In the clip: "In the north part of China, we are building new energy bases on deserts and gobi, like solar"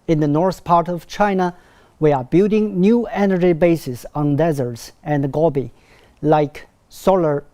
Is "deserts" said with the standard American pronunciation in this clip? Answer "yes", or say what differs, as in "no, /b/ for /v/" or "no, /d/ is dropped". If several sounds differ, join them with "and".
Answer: yes